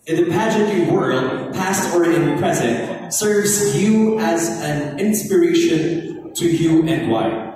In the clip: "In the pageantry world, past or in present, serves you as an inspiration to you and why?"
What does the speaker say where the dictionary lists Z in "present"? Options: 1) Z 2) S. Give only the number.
1